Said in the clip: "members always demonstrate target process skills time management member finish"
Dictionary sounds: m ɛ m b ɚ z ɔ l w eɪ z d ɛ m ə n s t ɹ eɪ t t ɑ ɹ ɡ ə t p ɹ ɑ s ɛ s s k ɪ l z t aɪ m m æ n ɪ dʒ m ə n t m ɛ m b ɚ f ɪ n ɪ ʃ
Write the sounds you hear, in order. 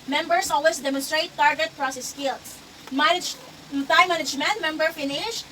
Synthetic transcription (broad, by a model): m ɛ m b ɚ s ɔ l w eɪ s d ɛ m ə n s t ɹ eɪ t t ɑ ɹ ɡ ə t p ɹ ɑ s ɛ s s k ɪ l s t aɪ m m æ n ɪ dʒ m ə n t m ɛ m b ɚ f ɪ n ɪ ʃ